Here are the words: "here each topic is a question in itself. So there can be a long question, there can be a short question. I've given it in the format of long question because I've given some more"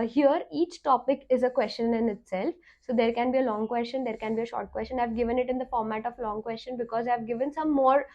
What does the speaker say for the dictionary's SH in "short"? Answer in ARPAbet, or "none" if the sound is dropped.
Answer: SH